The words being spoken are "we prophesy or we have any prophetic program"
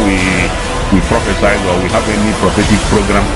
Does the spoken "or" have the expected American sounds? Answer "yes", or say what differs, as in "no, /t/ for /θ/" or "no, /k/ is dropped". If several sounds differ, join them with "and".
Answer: no, /w/ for /ɹ/